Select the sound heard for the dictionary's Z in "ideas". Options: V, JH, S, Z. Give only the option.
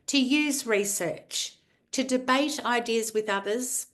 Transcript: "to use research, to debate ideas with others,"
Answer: Z